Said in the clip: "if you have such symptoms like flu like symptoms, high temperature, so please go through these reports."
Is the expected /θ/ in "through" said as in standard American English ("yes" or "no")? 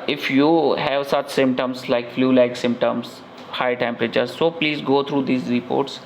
no